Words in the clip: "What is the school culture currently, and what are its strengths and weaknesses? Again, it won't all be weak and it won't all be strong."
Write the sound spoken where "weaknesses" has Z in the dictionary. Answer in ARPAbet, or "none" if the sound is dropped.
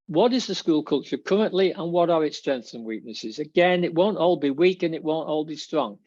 Z